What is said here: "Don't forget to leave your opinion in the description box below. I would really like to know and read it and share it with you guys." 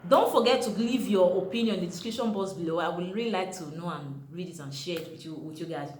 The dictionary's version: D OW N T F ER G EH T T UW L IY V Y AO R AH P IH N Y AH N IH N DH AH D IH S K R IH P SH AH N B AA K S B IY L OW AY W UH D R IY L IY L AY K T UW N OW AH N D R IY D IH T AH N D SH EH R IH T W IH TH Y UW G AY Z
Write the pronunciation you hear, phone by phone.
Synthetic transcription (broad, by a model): D OW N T F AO G EH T T UW L IY V Y AO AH P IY N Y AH N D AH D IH S K R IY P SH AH N B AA S B IY L OW AY W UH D R IY L IY L AY K T UW N OW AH N R IY D IH T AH N SH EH W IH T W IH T Y UW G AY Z